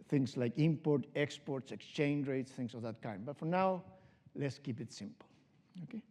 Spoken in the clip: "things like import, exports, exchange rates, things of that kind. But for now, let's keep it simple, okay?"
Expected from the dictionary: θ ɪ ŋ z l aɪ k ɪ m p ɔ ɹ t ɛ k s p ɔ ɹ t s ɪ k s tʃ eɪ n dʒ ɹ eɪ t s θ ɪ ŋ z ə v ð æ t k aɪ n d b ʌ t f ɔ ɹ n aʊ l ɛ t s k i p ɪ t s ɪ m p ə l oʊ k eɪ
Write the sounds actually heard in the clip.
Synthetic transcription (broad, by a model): θ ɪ ŋ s l aɪ k ɪ m p ɔ ɹ t ɛ k s p ɔ ɹ t s ɪ k s tʃ eɪ n dʒ ɹ eɪ t s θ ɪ ŋ s ə v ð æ t k aɪ n d b ʌ t f ɔ ɹ n aʊ l ɛ t s k i p ɪ t s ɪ m p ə l oʊ k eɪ